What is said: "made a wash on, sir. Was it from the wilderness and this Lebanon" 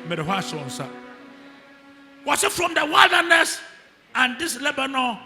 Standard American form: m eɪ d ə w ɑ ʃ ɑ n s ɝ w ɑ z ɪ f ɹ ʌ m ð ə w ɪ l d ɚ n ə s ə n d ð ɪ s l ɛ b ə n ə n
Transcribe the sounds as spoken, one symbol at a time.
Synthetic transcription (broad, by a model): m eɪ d ə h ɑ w ɑ n s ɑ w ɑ s ɪ f ɹ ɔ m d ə w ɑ l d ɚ n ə s ə n d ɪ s l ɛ b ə n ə